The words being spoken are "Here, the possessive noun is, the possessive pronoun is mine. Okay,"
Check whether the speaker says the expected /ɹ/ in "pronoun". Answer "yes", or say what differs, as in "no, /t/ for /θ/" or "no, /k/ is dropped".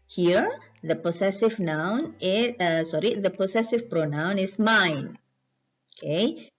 yes